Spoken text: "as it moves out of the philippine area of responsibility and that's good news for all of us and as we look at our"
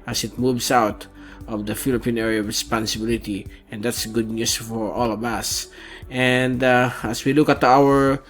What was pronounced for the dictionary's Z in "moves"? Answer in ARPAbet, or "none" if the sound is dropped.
S